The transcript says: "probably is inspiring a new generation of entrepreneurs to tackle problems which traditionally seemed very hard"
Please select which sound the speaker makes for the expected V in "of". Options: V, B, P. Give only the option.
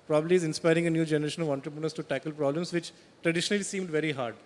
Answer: V